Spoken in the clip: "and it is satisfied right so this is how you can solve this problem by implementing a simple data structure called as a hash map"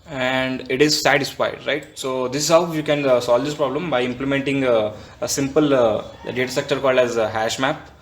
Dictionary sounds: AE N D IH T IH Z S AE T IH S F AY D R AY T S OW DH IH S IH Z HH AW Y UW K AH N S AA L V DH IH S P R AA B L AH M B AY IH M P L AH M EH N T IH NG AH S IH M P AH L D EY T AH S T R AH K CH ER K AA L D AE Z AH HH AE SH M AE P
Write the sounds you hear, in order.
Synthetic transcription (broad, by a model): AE N D IH T IH Z S AE T IH S F AY D R AY T S OW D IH S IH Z HH AW Y UW K AH N S AA L V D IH S P R AA B L AH M B AY IH M P L AH M EH N T IH NG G S IH M P AH L D EY T AH S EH K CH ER K AA L D AE Z HH AE SH M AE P